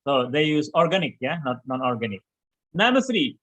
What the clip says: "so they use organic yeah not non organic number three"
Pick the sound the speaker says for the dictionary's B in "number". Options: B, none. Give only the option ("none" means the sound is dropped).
none